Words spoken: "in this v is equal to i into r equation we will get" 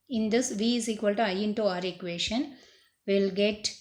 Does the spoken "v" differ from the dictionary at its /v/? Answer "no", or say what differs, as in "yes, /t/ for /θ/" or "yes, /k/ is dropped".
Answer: no